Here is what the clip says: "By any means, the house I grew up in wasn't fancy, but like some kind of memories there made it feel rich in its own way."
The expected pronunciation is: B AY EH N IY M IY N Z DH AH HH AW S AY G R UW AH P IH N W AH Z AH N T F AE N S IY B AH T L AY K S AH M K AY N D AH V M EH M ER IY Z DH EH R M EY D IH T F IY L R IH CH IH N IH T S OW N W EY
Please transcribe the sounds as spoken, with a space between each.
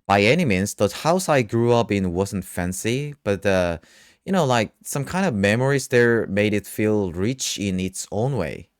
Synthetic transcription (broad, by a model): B AY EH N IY M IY N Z DH AH HH AW S AY G R UW AH P IH N W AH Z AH N T F AE N S IY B AH T L AY K S AH M K AY N D AH V M EH M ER IY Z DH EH R M EY D IH T F IY L R IH CH IH N IH T S OW N W EY